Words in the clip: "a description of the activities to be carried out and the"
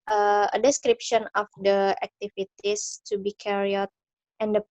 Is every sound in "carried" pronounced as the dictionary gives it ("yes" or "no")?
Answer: no